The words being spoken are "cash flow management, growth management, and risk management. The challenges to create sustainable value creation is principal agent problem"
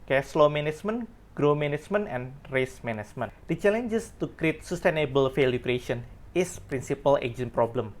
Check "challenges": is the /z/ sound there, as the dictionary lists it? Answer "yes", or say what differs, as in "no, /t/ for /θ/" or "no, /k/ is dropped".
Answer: no, /s/ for /z/